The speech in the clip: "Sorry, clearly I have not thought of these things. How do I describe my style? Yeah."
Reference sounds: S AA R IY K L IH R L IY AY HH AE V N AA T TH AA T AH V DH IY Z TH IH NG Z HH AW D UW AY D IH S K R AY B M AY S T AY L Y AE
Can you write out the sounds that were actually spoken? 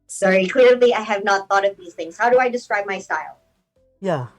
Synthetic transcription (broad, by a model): S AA R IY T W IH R L IY AY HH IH V N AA T TH AA T AH V DH IY Z TH IH NG Z HH AW D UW AY D IH S K R AY B M AY S T AY L Y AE